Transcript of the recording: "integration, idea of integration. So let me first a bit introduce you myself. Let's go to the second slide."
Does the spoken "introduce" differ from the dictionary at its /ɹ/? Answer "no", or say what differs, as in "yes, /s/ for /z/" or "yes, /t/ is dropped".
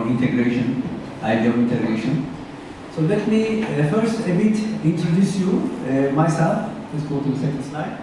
no